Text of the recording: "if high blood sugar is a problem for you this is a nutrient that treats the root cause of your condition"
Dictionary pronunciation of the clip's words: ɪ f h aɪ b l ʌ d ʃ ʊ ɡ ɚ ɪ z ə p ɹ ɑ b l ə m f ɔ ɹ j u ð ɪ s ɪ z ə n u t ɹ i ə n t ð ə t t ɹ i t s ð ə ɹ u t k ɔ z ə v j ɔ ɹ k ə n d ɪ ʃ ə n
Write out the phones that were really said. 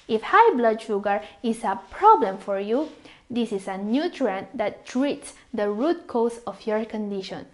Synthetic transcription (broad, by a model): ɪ f h aɪ b l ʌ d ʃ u ɡ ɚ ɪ s ə p ɹ ɑ b l ə m f ɔ ɹ j u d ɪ s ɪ s ə n u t ɹ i n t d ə t t ɹ i t s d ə ɹ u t k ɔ s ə f j ɔ ɹ k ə n d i ʃ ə n